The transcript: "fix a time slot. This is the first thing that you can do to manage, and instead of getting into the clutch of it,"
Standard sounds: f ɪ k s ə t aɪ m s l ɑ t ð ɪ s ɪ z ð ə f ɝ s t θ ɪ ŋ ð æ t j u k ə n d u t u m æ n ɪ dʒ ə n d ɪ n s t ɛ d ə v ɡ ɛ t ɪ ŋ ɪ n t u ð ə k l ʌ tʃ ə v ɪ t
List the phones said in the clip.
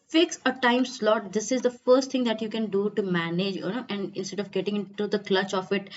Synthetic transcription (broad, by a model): f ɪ k s ə t aɪ m s l ɑ t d ɪ s ɪ z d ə f ɝ s t t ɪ ŋ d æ t j u k ə n d u t u m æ n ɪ dʒ ə n d ɪ n s t ɛ d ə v ɡ ɛ t ɪ ŋ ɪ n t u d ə k l ʌ tʃ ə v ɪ t